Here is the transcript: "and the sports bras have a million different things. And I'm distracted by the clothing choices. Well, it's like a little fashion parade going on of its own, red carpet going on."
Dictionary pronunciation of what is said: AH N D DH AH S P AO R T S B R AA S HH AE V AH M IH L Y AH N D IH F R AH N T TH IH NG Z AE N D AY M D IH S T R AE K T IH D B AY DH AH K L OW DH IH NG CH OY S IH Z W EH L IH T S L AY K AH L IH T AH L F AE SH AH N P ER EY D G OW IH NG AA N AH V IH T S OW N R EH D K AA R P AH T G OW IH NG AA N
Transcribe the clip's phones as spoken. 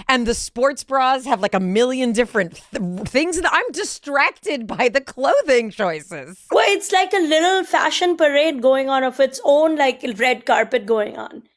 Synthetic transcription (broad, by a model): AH N DH AH S P AO R T S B R AA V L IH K AH M IH L Y AH N D IH F R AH N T TH IH NG Z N AY M D IH S T R AE K T IH D B AY DH AH K L OW DH IH NG CH OY S IH Z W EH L IH T S L AY K AH L IH T AH L F AE SH AH N P ER EY D G OW IH NG AA N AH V IH T S OW N R EH D K AA R P AH T G OW IH NG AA N